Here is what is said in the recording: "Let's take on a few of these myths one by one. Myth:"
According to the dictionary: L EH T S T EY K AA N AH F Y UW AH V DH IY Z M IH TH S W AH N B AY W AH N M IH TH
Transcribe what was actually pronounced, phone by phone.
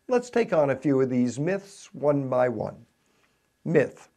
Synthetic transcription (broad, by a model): L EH T S T EY K N AH F Y UW AH V DH IY Z M IH TH S W AH N B AY W AH N M IH TH